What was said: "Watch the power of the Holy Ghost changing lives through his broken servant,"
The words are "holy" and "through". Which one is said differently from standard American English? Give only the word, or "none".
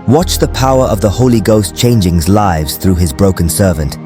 none